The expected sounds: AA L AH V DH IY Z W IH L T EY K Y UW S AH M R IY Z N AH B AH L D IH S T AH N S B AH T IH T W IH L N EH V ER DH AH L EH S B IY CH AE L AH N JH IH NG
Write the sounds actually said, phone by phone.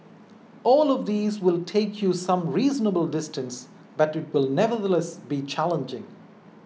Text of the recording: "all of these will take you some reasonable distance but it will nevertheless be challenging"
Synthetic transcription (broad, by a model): AA L AH V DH IY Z W IH L T EY K Y UW S AH M R IY Z N AH B AH L D IH S T AH N S B AH T IH T W IH L N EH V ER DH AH L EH S B IY CH AE L AH N JH IH NG